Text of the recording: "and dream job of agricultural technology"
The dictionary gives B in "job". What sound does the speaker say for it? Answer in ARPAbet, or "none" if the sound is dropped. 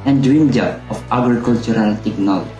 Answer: none